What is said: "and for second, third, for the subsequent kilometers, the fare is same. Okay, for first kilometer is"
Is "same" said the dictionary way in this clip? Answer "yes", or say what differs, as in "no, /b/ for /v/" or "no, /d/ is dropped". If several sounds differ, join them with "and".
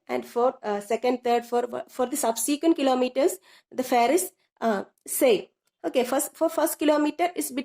no, /m/ is dropped